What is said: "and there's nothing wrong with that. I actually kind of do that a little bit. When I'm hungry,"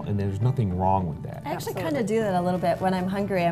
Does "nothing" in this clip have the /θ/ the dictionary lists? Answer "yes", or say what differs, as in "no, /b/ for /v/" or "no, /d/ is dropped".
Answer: yes